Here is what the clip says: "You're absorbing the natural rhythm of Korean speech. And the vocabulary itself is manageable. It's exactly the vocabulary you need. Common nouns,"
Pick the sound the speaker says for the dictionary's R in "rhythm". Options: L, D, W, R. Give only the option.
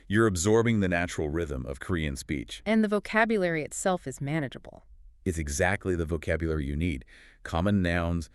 R